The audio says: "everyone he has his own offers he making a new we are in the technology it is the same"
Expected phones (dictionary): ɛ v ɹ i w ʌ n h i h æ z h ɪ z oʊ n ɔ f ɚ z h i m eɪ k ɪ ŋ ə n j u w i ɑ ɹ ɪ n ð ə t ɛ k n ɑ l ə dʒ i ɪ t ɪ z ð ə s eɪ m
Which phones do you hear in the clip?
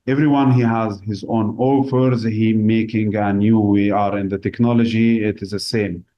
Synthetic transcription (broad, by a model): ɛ v ɹ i w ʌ n h i h æ z h ɪ z oʊ n ɔ f ɚ z h i m eɪ k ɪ ŋ ə n j u w i ɑ ɹ ɪ n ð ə t ɛ k n ɑ l ə dʒ i ɪ t ɪ z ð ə s eɪ m